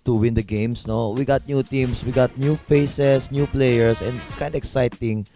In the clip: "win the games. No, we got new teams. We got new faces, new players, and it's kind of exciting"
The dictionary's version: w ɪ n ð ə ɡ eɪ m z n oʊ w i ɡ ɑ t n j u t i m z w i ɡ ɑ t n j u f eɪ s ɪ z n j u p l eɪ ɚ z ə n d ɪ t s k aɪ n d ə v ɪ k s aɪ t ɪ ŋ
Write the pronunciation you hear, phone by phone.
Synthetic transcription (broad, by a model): w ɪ n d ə ɡ eɪ m s n oʊ w i ɡ ɑ t n j u t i m s w i ɡ ɑ t n j u f eɪ s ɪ s n j u p l eɪ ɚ s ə n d ɪ t s k aɪ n d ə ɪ k s aɪ t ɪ ŋ